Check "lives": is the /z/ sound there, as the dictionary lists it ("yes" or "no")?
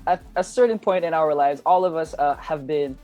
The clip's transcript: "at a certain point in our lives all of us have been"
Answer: yes